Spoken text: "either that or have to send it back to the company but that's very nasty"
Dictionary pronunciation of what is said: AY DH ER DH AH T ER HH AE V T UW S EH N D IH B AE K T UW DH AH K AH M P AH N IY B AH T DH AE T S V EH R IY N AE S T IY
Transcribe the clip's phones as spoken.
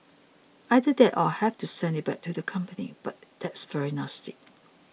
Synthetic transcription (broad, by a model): AY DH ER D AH T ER HH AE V T UW S EH N D IH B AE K T UW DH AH K AH M P AH N IY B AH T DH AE T S V EH R IY N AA S T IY